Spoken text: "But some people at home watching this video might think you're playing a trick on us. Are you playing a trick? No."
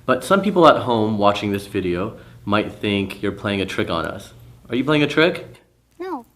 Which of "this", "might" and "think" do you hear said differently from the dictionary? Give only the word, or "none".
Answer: none